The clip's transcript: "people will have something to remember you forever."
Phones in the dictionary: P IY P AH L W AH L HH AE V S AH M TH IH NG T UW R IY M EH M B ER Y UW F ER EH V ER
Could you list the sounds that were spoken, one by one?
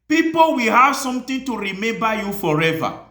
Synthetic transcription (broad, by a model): P IY P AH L W AH L HH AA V S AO M T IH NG T UW R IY M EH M B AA Y UW F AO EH V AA